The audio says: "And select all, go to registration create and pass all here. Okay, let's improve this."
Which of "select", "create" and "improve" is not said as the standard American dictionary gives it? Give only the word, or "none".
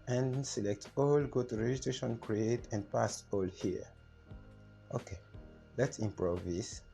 none